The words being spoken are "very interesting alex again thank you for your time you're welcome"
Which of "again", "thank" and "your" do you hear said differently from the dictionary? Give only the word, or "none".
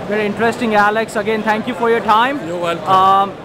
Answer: thank